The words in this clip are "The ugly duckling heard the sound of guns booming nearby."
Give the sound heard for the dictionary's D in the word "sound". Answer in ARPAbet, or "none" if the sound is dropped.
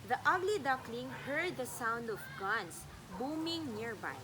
D